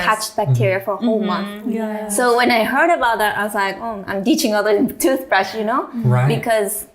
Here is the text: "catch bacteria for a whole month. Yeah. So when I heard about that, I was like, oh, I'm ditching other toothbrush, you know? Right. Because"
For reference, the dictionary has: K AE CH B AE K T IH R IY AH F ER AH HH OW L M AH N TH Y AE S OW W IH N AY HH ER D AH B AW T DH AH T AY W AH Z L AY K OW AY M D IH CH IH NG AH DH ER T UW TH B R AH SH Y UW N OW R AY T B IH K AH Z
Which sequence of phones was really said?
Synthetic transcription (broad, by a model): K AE CH B AE K T IH R IY AH F ER AH HH OW L M AH N TH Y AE S OW W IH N AY HH ER D AH B AW T DH AH T AY W AH Z L AY K OW AY M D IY CH IH NG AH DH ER T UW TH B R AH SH Y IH N OW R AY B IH K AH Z